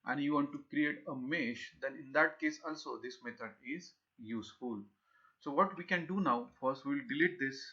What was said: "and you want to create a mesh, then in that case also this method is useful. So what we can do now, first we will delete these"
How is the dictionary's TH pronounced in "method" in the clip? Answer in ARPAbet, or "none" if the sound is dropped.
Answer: T